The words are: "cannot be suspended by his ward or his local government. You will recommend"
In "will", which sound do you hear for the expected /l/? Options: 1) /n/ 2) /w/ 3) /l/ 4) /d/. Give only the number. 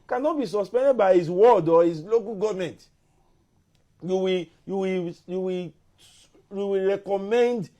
2